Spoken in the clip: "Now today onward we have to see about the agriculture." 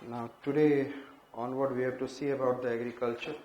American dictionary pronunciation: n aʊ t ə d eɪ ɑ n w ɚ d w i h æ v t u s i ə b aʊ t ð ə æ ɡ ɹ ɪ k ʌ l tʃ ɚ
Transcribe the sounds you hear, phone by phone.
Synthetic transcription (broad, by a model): n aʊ t ə d eɪ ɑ n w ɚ d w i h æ b t u s i ə b aʊ t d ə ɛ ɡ ɹ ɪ k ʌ l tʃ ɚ